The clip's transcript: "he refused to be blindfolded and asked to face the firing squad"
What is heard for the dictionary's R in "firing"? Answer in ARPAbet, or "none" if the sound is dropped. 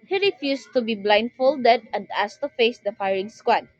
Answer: R